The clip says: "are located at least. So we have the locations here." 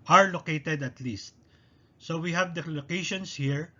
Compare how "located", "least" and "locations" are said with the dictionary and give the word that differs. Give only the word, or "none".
locations